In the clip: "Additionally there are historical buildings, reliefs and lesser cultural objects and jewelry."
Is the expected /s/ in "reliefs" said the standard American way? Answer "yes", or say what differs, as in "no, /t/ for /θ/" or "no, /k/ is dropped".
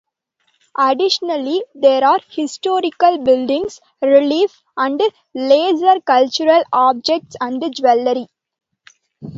no, /s/ is dropped